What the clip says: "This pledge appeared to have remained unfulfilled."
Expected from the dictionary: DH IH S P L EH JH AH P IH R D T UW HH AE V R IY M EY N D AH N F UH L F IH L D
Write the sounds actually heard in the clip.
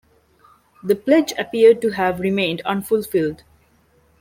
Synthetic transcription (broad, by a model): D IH P L EH JH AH P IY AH D T UW HH AE V R IY M EY N D AH N F UH L F IH L D